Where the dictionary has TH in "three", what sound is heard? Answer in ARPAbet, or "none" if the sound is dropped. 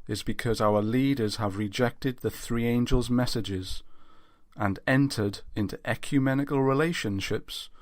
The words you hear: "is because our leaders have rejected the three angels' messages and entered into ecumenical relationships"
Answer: TH